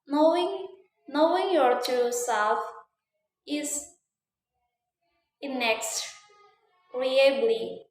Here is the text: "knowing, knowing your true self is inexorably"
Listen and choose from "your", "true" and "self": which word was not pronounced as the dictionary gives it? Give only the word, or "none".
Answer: true